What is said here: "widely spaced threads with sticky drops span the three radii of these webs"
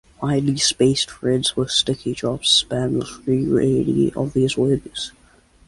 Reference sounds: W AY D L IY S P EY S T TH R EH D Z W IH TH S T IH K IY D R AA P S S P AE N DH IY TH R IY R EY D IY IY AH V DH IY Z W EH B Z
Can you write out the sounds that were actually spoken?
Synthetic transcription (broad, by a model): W AY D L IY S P EY S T F R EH D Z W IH S T IH K IY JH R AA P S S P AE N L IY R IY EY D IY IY AH V DH IY Z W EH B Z